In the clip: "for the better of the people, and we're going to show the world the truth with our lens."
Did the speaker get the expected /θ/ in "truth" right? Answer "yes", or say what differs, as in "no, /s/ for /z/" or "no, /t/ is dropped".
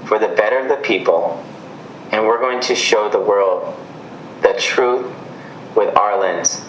yes